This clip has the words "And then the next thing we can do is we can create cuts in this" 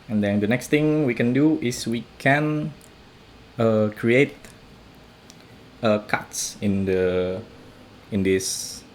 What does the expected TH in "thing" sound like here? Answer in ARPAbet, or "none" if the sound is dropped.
T